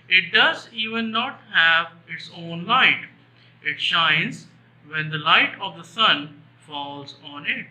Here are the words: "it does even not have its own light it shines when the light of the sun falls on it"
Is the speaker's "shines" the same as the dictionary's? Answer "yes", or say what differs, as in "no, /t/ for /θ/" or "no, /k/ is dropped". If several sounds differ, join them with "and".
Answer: yes